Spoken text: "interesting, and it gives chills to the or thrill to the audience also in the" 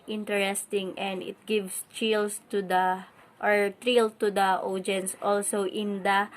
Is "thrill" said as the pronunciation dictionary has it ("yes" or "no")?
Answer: no